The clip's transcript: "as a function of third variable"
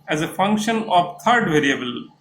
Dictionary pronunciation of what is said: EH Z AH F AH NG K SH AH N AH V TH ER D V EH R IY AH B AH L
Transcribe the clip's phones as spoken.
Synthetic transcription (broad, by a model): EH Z AH F AH NG K SH AH N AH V T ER D V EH R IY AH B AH L